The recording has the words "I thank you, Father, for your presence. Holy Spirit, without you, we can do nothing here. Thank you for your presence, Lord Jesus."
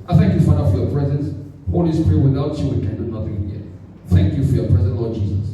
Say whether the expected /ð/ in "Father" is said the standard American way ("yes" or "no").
no